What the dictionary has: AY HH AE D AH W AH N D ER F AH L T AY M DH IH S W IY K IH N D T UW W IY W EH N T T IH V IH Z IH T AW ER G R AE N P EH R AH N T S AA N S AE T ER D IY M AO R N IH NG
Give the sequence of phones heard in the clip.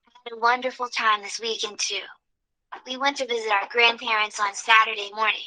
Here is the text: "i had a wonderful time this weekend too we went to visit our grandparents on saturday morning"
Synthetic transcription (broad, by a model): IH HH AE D AH W AH N D ER F L T AY M DH IH S W IY K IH N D T UW W IY W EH N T T IH V IH Z IH T AW ER G R AE N P EH R AH N T S N S AE T ER D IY M AO R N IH NG